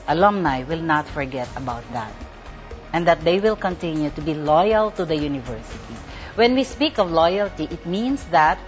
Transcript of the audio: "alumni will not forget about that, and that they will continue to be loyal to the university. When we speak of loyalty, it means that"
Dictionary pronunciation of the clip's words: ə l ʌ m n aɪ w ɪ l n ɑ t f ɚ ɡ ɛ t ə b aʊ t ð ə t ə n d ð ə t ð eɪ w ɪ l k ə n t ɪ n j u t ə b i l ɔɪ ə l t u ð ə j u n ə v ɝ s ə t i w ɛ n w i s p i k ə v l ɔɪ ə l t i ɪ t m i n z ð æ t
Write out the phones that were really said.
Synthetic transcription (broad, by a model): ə l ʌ m n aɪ w ɪ l n ɑ t f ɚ ɡ ɛ t ə b aʊ t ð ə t ə n d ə t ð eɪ w ɪ l k ə n t ɪ n j u t ə b i l ɔɪ ə l t u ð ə j u n ə v ɝ s ə t i w ɛ n w i s p i k ə v l ɔɪ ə l t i ɪ t m i n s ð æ t